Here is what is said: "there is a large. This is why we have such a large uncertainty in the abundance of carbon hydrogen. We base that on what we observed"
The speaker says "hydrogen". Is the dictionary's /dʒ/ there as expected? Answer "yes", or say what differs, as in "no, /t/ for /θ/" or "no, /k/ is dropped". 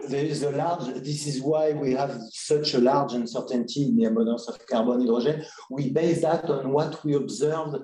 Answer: no, /ʒ/ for /dʒ/